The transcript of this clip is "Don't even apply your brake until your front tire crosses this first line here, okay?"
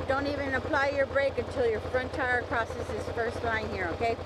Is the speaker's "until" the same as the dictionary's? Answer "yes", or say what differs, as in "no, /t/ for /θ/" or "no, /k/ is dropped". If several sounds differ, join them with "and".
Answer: yes